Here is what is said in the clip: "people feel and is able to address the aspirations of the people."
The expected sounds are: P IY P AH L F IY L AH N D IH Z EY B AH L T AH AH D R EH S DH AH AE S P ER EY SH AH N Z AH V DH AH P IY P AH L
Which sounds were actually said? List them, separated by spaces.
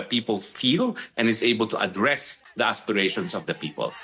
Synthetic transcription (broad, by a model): P IY P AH L F IY L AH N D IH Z EY B AH L T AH AH D R EH S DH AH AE S P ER EY SH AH N S AH V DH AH P IY P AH L